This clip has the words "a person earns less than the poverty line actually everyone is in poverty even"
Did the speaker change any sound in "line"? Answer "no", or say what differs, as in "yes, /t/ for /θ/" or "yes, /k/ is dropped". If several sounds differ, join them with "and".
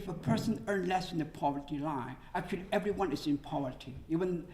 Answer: yes, /n/ is dropped